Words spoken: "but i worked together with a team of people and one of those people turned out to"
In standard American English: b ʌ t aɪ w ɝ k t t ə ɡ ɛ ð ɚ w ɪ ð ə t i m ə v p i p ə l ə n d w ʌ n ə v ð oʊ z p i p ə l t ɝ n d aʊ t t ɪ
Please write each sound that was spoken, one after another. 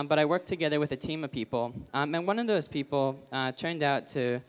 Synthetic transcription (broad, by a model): b ʌ t aɪ w ɝ k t t ə ɡ ɛ ð ɚ w ɪ ð ə t i m ə v p i p l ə n w ʌ n ə v ð oʊ z p i p l t ɝ n d aʊ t t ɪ